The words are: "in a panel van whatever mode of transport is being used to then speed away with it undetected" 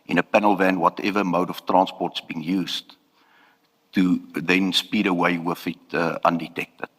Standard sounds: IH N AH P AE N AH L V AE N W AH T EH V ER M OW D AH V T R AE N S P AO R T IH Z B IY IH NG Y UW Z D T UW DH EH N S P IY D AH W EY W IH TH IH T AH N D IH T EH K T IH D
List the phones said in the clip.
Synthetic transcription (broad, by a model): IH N AH P AE N AH L V AE N W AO T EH V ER M OW D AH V T R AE N S P AO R T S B IY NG Y UW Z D T UW DH EH N S P IY D AH W EY W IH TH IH T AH N D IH T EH K T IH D